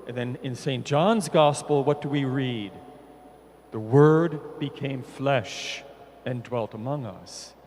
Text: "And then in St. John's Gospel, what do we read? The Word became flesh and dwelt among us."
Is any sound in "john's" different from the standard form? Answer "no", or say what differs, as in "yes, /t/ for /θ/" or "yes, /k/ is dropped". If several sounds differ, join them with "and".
no